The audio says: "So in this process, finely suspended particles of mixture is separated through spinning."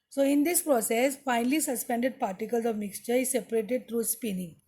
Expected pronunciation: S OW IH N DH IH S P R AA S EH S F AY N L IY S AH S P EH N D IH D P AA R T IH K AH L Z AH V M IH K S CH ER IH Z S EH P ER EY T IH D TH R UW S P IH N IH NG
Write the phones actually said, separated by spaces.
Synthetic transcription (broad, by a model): S OW IH N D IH S P R AA S EH S F AY N L IY S AH S P EH N D IH D P AA R T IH K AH L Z AH V M IH K S CH ER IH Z S EH P ER EY T IH D T R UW S P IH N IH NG